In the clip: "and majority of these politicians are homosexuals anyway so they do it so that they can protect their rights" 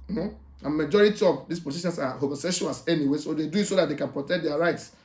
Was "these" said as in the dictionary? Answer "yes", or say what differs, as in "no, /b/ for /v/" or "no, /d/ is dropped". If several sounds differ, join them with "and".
no, /s/ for /z/